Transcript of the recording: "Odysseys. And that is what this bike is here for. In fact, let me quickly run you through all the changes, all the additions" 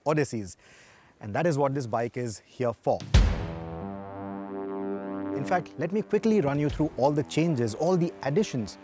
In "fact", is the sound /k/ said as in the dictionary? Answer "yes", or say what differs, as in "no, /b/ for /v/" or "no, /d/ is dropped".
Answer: yes